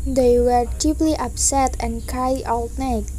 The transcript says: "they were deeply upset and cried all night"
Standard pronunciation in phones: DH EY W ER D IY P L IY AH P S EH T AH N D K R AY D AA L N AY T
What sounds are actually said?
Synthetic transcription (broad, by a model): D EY W ER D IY P L IY AH P S EH T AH N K AY AA L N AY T